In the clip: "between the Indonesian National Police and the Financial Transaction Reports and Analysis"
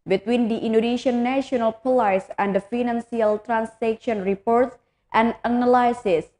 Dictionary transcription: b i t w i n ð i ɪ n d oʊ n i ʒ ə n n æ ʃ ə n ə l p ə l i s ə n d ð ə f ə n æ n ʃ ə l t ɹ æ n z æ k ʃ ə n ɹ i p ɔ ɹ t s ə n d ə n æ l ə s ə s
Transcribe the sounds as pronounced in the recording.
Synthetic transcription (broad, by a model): b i t w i n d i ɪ n d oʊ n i ʃ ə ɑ n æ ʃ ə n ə l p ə l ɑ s ə n d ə f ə n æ n s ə l t ɹ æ n s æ k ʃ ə n ɹ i p ɔ ɹ t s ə n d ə n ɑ l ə s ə s